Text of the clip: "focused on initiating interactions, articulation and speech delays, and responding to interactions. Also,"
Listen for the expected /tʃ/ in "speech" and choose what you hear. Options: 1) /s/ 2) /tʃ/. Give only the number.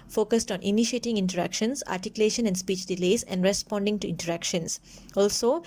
2